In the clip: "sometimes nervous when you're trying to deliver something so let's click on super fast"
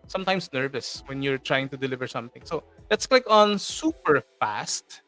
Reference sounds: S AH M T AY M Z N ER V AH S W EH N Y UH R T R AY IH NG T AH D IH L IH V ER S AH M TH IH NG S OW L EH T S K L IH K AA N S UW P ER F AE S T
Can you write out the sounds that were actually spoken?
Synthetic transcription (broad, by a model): S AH M T AY M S N ER V AH S W EH N Y UH R T R AY IH NG T AH D IH L IH V ER S AH M TH IH NG S OW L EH T S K L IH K AA N S UW P ER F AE S T